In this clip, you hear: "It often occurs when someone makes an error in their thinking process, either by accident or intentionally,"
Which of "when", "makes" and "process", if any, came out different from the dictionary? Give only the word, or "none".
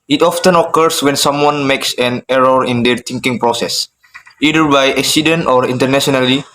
none